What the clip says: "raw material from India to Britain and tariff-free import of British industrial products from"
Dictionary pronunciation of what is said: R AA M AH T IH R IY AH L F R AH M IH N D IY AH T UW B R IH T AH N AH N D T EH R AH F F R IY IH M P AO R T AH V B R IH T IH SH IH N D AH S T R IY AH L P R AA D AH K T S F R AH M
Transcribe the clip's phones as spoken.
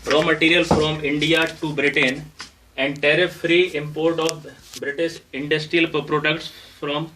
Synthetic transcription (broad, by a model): R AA M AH T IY R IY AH L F R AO M IH N D IY AH T UW B R IH T AH N AH N D T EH R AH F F R IY IH M P AO R T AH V B R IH T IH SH IH N D AH S T R IY AH L P R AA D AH K T S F R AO M